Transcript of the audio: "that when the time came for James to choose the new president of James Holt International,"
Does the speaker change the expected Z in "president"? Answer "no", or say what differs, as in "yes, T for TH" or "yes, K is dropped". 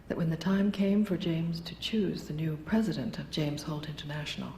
no